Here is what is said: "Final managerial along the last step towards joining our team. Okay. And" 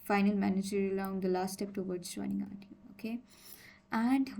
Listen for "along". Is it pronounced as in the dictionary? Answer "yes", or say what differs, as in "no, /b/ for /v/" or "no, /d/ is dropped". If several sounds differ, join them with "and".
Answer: no, /l/ is dropped